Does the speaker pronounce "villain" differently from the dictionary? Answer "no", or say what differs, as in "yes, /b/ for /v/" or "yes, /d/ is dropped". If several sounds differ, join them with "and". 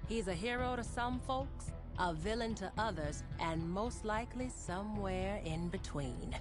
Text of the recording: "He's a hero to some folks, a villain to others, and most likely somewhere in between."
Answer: no